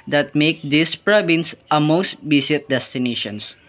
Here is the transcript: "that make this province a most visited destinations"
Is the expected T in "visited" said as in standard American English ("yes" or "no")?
no